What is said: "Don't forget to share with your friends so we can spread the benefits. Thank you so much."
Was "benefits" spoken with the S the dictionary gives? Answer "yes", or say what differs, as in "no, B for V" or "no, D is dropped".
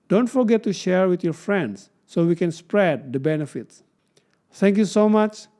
yes